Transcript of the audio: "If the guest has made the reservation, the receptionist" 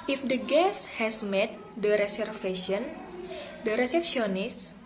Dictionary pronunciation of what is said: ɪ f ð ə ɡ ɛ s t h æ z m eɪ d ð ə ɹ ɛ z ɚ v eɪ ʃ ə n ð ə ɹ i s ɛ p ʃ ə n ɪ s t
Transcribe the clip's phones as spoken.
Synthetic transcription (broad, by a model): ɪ f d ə ɡ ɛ s h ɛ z m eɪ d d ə ɹ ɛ s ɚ f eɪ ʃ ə n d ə ɹ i s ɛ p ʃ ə n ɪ s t